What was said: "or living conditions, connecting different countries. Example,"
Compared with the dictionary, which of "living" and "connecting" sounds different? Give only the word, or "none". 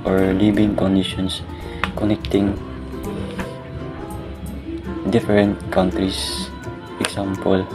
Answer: living